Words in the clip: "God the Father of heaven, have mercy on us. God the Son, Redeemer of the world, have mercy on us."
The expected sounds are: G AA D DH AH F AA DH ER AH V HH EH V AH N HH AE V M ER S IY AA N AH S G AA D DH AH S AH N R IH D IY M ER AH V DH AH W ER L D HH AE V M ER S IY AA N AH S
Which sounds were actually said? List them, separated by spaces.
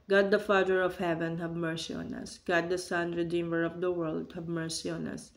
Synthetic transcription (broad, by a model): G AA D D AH F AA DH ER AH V HH EH V AH N HH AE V M ER S IY AA N AH S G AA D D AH S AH N R IH D IY M ER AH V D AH W ER L D HH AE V M ER S IY AA N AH S